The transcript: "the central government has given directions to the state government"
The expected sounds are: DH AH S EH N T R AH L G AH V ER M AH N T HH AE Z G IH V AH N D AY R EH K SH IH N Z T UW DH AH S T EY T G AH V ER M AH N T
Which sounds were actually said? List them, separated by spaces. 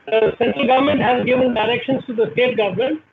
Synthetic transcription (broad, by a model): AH S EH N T AH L G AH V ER M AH N T HH AE Z G IH V AH N D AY R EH K SH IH N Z T UW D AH S T EY T G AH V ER M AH N T